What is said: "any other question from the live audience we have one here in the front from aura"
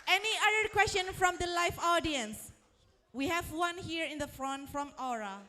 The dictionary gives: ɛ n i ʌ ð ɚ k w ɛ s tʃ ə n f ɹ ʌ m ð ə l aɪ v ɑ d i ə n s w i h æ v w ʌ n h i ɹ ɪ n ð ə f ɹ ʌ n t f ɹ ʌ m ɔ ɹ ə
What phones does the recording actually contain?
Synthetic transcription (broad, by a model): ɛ n i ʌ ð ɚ k w ɛ s tʃ ə n f ɹ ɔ m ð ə l aɪ f ɑ d i ə n s w i h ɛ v w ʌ n h i ɹ ɪ n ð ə f ɹ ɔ n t f ɹ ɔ m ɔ ɹ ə